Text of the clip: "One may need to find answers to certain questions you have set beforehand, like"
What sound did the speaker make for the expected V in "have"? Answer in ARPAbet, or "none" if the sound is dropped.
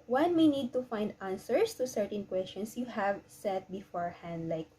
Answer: V